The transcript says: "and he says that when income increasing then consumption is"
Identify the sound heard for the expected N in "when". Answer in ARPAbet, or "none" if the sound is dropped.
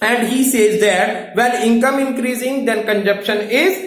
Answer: L